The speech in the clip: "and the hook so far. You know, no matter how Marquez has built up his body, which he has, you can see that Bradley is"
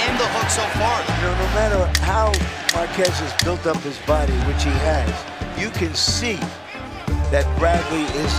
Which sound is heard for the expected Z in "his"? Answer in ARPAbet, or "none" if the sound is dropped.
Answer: Z